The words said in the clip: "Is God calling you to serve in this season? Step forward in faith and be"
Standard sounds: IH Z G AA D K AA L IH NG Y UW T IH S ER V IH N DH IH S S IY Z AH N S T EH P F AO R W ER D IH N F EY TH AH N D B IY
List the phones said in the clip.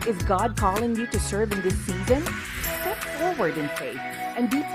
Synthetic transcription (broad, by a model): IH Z G AA D K AA L IH NG Y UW T IH S ER V IH N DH IH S S IY Z AH N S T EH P F AO R W ER D IH N F EY TH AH N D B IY